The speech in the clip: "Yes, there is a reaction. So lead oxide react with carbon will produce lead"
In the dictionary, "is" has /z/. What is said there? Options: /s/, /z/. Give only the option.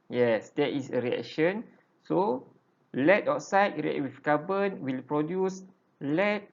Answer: /s/